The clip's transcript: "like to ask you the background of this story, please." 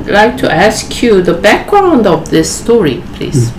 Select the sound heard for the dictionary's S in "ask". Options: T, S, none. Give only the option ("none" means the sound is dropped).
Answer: S